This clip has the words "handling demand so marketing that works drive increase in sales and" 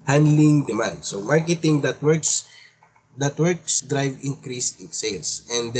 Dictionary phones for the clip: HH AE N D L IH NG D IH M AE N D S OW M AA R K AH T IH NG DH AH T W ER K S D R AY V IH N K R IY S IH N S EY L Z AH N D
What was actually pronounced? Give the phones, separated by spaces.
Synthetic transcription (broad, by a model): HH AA N D L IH NG D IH M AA N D S OW M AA R K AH T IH NG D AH T W ER K S D R AY V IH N K R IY S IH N S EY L S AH N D